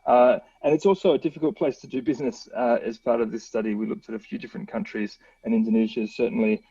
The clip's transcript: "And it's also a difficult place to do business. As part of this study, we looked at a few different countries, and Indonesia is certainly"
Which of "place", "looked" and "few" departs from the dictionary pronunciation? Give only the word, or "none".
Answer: none